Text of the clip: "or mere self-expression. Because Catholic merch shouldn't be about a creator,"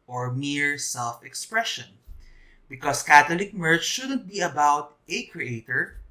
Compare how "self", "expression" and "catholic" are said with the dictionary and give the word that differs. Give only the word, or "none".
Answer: catholic